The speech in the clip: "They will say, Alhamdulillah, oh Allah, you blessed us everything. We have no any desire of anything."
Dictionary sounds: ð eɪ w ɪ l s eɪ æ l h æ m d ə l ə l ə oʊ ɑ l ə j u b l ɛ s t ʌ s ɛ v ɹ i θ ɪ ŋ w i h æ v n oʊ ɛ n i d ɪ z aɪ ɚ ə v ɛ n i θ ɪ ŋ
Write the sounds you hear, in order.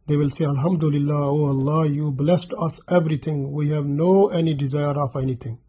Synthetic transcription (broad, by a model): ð eɪ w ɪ l s eɪ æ l h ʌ m d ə l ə l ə oʊ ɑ l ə j u b l ɛ s t ʌ s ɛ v ɹ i t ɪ ŋ w i h æ v n oʊ ɛ n i d ɪ z aɪ ɚ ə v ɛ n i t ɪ ŋ